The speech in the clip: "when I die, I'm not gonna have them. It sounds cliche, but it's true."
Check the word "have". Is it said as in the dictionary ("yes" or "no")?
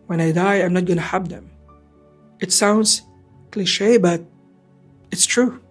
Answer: no